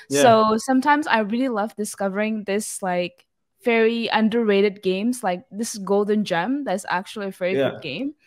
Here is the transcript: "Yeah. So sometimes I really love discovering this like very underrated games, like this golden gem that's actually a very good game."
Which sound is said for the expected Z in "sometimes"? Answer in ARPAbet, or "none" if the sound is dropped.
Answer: Z